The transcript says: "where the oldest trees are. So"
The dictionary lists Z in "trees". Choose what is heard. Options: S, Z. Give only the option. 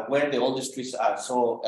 S